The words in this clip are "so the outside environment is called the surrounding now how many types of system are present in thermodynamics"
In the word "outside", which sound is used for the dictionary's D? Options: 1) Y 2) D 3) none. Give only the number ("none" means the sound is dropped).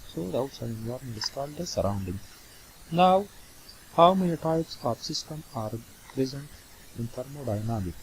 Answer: 3